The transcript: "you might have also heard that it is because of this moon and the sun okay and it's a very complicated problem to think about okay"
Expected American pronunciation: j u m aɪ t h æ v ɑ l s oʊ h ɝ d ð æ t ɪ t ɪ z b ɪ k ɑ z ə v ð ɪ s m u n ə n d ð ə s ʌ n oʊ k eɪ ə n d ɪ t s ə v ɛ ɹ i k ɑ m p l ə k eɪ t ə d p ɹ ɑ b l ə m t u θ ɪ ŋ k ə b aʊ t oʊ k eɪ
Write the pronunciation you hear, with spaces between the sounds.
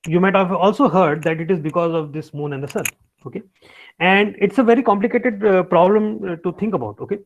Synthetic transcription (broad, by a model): j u m aɪ t h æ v ɑ l s oʊ h ɝ d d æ t ɪ t ɪ z b ɪ k ɑ z ə v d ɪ s m u n ə n d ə s ʌ n oʊ k eɪ ə n d ɪ t s ə v ɛ ɹ i k ɑ m p l ə k eɪ t ə d p ɹ ɑ b l ə m t u t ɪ ŋ k ə b aʊ t oʊ k eɪ